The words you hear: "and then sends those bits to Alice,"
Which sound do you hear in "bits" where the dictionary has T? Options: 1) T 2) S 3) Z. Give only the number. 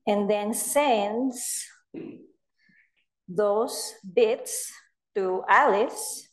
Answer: 1